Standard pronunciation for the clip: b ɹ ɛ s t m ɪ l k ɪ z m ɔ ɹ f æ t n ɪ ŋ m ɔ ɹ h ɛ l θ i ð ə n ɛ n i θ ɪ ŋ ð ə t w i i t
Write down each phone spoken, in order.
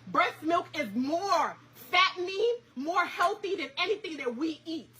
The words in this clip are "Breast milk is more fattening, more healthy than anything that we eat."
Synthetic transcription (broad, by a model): b ɹ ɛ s m ɪ l k ɪ z m ɔ ɹ f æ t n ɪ m ɔ ɹ h ɛ l θ i ð ə n ɛ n i θ ɪ ŋ ð ə t w i i t